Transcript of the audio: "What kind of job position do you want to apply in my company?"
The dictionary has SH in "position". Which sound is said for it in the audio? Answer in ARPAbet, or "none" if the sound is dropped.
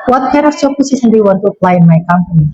S